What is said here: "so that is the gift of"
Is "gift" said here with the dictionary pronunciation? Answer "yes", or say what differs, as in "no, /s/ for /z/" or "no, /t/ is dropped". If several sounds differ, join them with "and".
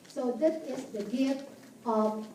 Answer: no, /f/ is dropped